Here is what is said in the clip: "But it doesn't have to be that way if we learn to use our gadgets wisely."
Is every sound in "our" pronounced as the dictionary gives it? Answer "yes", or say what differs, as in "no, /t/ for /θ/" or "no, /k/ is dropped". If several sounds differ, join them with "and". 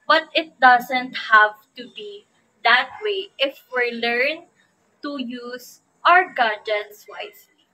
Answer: yes